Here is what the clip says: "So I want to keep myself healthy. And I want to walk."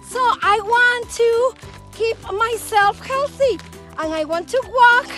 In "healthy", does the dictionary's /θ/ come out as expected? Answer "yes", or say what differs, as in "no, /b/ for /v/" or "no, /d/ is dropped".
yes